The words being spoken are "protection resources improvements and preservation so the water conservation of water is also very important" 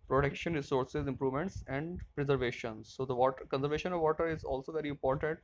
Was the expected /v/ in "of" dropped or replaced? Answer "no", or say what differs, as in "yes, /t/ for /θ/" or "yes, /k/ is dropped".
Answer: no